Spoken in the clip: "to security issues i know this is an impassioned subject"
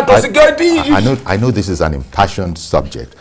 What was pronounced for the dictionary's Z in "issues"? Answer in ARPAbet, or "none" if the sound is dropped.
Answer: none